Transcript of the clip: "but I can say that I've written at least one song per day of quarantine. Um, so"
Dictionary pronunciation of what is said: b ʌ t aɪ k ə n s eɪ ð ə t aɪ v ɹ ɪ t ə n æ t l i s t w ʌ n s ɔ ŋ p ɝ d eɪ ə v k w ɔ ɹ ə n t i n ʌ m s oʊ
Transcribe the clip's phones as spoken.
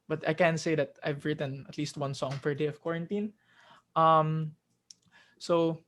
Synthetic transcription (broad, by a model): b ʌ t aɪ k ə n s eɪ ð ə t aɪ v ɹ ɪ t ə n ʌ t l i s t w ʌ n s ɔ ŋ f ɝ d eɪ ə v k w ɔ ɹ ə n t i n ʌ m s oʊ